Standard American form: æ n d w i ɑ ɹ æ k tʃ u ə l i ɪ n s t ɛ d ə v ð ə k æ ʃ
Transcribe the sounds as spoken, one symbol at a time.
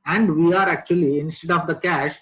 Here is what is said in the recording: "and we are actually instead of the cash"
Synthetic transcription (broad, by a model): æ n d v i ɑ ɹ æ k tʃ u ə l i ɪ n s t ɛ d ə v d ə k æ ʃ